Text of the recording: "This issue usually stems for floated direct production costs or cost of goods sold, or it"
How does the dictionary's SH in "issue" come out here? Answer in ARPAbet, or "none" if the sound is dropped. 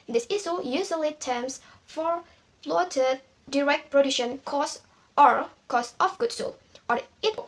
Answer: S